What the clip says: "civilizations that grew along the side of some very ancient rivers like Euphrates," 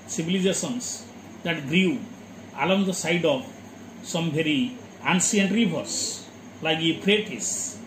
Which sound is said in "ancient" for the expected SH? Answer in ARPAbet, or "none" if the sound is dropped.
S